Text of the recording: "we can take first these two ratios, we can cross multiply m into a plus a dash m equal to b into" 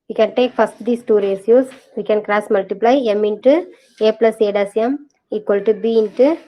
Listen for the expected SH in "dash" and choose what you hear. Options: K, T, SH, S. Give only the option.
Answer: S